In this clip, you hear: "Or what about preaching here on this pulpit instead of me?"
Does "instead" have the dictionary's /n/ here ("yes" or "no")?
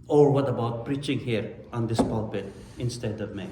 yes